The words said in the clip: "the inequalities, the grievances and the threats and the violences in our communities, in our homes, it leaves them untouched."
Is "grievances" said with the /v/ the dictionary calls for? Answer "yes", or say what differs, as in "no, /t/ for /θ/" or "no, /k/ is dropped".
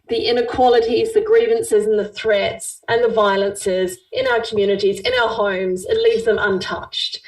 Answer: yes